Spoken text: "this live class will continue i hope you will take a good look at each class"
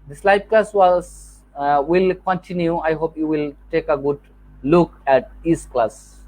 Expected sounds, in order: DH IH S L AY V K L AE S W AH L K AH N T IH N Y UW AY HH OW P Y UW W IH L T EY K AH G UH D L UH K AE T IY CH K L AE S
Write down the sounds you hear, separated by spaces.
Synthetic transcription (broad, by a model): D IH S L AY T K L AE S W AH L K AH N T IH N Y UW AY HH OW P Y UW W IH L T EY K AH G UH D L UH K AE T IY S K L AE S